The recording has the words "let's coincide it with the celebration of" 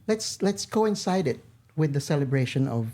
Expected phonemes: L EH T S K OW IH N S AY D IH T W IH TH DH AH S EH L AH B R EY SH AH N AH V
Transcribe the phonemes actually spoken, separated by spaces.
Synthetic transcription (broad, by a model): L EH T S K OW IH N S AY D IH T W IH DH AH S EH L AH B R EY SH AH N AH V